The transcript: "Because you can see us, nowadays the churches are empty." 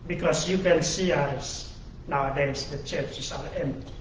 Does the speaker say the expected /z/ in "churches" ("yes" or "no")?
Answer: no